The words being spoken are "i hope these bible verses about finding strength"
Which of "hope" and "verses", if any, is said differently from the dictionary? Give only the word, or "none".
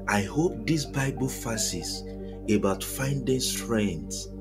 verses